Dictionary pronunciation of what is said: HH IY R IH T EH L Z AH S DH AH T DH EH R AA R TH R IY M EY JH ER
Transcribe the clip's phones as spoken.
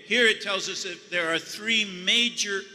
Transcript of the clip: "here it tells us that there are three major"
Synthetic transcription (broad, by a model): HH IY R IH T EH L Z AH S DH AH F DH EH R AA R TH R IY M EY JH ER